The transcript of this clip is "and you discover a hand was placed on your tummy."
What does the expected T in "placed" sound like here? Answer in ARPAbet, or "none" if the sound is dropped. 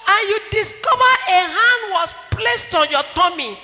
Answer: T